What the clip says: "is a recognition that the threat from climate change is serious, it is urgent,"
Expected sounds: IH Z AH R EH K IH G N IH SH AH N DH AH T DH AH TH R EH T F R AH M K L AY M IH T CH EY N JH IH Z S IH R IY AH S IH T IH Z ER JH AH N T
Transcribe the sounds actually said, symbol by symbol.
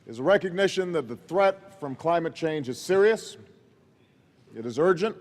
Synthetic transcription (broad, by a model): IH Z AH R EH K IH G N IH SH AH N DH AH T DH AH TH R EH T F R AH M K L AY M IH T CH EY N JH IH Z S IH R IY AH S IH T IH Z ER JH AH N T